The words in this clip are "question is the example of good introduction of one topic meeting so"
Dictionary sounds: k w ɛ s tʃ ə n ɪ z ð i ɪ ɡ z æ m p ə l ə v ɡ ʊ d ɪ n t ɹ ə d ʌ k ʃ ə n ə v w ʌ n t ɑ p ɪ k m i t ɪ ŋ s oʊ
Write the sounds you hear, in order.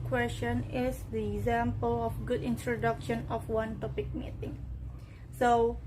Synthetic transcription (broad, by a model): k w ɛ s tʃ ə n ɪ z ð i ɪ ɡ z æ m p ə l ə f ɡ ʊ d ɪ n t ɹ ə d ʌ k ʃ ə n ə f w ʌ n t ɑ p ɪ k m i t ɪ ŋ s oʊ